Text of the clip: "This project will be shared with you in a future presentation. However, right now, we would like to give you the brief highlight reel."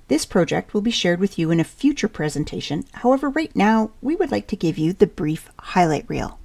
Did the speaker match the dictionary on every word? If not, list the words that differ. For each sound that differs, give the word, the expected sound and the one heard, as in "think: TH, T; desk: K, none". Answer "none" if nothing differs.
none